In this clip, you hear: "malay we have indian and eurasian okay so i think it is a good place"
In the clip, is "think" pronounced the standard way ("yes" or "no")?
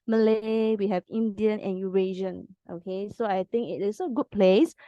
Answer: no